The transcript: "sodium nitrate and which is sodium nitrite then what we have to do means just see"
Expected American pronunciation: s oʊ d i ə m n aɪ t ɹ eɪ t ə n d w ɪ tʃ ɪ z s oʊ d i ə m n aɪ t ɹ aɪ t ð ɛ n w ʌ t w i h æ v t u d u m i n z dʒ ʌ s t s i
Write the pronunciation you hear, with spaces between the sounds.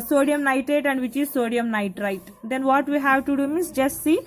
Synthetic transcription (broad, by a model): s oʊ d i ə m n aɪ t eɪ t ə n d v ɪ tʃ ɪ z s oʊ d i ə m n aɪ t ɹ aɪ t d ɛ n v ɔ t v i h æ v t u d u m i n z dʒ ʌ s t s i